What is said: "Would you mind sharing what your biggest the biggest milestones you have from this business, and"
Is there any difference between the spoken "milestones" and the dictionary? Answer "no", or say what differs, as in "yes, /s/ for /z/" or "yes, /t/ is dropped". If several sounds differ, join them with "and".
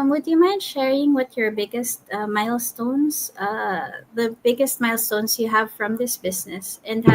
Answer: yes, /s/ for /z/